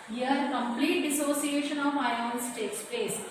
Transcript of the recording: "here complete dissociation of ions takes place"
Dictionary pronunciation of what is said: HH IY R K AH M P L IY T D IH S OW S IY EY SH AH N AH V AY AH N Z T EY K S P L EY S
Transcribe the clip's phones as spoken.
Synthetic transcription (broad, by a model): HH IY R K AH M P L IY T D IH S OW S IY EY SH AH N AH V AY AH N S T EY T S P EY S